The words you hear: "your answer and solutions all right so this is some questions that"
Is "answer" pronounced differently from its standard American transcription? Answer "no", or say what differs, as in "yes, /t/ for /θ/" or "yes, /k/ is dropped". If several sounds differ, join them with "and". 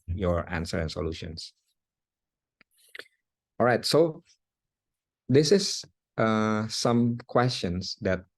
no